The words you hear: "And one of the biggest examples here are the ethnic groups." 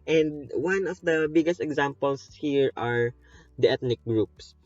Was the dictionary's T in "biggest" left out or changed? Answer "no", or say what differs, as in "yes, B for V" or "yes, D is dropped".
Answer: no